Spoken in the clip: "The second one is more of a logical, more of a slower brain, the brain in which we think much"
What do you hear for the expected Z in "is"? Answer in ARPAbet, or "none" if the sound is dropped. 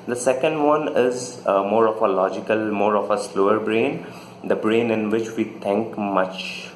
Z